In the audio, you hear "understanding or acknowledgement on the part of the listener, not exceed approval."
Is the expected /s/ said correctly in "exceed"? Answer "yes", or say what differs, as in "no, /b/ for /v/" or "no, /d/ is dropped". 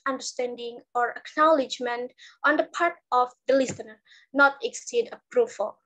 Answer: yes